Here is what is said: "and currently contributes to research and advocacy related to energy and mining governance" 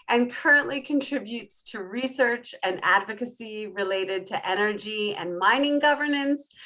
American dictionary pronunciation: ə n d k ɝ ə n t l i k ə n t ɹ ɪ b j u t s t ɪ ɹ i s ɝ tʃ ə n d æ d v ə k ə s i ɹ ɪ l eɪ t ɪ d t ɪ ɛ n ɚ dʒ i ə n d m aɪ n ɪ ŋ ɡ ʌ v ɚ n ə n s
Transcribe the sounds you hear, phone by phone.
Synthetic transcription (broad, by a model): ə n k ɝ ə n t l i k ə n t ɹ ɪ b j u t s t ɪ ɹ i s ɝ tʃ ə n æ d v ə k ə s i ɹ ɪ l eɪ t ɪ d t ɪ ɛ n ɚ dʒ i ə n m aɪ n ɪ ŋ ɡ ʌ v ɚ n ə n s